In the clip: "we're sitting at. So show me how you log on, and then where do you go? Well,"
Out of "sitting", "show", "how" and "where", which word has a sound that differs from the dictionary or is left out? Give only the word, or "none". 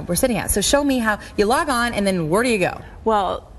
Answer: none